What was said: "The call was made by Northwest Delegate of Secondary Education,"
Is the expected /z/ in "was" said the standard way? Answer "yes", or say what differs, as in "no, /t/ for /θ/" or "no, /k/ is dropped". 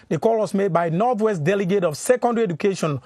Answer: no, /s/ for /z/